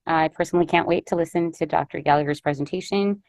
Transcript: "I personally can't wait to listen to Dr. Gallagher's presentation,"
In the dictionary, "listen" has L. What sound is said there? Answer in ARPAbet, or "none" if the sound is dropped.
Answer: L